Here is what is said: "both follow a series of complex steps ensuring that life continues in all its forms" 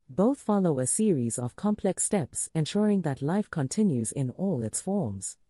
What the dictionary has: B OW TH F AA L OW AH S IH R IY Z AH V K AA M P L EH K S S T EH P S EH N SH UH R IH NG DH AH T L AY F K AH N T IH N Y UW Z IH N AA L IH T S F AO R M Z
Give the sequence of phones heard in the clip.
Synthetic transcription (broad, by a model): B OW TH F AA L OW AH S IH R IY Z AH V K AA M P L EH K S S T EH P S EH N SH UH R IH NG DH AH T L AY F K AH N T IH N Y UW Z IH N AA L IH T S F AO R M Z